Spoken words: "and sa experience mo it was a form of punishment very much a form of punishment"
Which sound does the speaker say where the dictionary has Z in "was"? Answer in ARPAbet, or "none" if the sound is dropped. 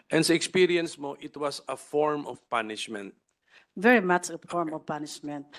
S